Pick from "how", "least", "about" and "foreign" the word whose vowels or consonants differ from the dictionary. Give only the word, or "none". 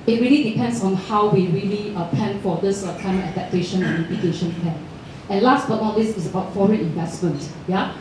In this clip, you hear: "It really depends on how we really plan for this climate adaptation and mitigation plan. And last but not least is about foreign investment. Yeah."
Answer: least